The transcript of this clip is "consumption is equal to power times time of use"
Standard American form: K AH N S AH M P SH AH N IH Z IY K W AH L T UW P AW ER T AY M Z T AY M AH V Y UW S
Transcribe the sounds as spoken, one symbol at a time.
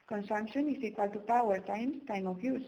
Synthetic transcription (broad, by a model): K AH N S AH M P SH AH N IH S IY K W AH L T UW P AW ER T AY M S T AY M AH F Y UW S